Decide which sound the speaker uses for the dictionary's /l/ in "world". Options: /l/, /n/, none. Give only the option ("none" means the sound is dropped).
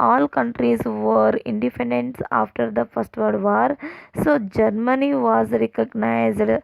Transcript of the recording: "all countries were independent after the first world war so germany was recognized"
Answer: none